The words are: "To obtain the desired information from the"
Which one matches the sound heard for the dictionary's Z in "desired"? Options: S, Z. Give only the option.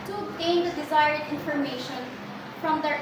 Z